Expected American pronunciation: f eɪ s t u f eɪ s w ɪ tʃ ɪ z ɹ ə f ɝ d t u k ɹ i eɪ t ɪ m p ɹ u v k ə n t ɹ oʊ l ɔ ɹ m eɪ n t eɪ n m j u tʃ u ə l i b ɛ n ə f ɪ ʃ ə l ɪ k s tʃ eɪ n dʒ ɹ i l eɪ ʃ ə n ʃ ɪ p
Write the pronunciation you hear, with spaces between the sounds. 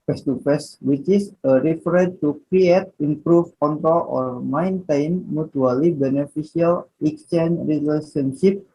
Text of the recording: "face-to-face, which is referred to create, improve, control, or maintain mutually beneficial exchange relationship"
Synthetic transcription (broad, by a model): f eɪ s t u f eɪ s w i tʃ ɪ s ɹ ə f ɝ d t u k ɹ i eɪ t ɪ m p ɹ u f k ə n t oʊ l ɔ ɹ m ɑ n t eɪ n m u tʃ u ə l i b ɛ n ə f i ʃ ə l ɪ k s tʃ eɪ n ɹ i l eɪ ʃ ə n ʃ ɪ p